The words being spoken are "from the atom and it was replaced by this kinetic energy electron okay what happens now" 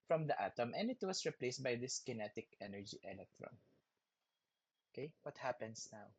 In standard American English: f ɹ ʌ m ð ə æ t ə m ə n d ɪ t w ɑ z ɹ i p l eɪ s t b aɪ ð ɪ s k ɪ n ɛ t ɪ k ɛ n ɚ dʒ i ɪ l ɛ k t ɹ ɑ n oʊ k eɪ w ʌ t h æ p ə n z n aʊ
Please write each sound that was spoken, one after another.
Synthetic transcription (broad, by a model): f ɹ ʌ m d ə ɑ t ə m ə n d ɪ t w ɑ s ɹ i p l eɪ s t b aɪ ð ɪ s k ɪ n ɛ t ɪ k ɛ n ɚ dʒ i ɪ l ɛ k t ɹ ɑ n oʊ k eɪ w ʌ t h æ p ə n s n aʊ